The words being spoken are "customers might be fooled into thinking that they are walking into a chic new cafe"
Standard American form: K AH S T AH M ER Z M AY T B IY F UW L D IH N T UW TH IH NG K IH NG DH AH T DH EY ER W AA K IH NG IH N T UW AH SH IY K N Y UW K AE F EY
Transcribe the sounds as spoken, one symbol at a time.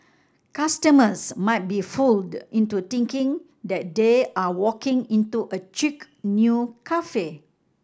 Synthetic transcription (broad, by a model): K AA S T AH M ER S M AY T B IY F UW L D IH N T UW T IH NG K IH NG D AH T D EY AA W AA K IH NG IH N T UW AH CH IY K N Y UW K AE F EY